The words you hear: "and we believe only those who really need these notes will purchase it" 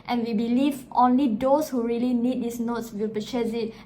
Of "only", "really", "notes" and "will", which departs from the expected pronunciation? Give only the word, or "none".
none